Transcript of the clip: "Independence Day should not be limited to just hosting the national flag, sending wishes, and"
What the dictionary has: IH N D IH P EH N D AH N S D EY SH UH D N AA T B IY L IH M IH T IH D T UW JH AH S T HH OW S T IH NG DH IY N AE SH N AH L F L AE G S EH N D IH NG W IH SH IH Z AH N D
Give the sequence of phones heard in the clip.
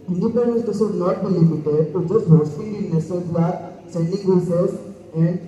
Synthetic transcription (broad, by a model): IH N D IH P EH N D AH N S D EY S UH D N AA T B IY L IH M IH T IH D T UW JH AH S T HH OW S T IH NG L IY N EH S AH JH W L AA S EH N D IH NG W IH S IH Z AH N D